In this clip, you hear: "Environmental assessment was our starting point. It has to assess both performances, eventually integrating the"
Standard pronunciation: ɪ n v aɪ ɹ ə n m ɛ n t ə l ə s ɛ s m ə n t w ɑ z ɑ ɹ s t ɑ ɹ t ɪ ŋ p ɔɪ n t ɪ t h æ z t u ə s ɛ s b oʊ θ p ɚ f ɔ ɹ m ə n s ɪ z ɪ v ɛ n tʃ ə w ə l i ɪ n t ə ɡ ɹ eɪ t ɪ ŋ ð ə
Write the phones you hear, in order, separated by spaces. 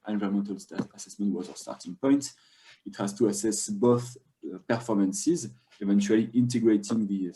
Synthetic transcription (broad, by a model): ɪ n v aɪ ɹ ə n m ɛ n t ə l ə s ɛ s m ə n t w ɑ z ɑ s t ɑ ɹ t ɪ ŋ p ɔɪ n t ɪ t h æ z t u ə s ɛ s b oʊ θ p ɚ f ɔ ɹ m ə n s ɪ z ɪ v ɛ n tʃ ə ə l i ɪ n t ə ɡ ɹ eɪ t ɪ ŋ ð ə